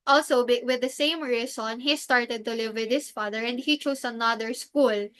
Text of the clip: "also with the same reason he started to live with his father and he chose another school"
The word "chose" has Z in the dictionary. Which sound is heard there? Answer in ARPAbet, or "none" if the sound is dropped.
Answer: S